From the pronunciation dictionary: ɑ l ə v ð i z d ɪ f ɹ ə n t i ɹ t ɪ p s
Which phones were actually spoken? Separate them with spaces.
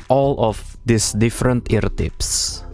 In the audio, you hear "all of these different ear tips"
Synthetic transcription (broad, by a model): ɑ l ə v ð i s d ɪ f ɹ ə n t i ɹ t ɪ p s